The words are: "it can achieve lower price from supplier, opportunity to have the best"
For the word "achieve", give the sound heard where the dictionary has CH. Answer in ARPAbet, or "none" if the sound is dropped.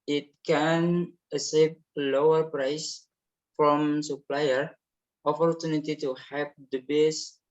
S